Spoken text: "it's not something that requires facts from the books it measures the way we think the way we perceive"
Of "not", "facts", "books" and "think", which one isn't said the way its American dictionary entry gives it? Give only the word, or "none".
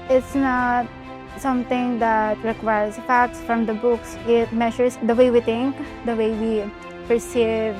think